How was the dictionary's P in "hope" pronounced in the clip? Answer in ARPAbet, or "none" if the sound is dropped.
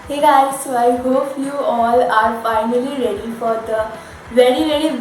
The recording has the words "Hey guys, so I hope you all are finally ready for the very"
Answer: F